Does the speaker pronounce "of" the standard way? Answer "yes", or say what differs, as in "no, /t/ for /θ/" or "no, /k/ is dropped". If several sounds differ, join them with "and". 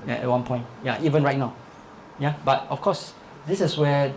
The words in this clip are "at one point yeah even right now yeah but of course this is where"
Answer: no, /f/ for /v/